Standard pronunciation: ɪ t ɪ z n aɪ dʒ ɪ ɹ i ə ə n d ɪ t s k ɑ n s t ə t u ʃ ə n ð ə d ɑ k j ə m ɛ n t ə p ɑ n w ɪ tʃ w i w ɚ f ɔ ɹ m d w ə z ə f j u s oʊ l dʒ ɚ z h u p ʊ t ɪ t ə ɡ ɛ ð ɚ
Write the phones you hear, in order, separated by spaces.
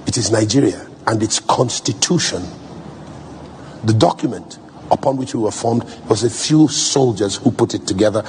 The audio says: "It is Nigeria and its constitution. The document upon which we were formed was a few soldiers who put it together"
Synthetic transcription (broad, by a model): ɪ t ɪ z n aɪ dʒ ɪ ɹ i ə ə n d ɪ t s k ɑ n s t ə t u ʃ ə n ð ə d ɑ k j ə m ɛ n t ə p ɑ n w ɪ tʃ w i w ɚ f ɔ ɹ m d w ə z ə f j u s oʊ l dʒ ɚ z h u p ʊ t ɪ t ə ɡ ɛ ð ɚ